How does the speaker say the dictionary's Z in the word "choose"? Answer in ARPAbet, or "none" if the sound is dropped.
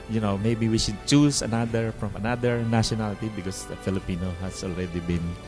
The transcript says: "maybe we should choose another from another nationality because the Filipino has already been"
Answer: S